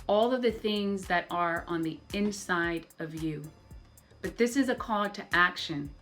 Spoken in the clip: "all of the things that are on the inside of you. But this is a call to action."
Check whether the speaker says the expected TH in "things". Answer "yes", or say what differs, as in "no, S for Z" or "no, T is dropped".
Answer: yes